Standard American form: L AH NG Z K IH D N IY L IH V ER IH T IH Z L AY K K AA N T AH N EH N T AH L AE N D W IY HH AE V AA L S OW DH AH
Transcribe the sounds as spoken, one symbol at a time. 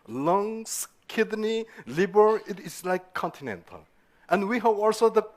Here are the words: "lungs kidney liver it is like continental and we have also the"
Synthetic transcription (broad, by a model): L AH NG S K IH D N IY L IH B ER IH T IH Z L AY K K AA N T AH N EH N T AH L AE N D W IY HH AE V AA L S OW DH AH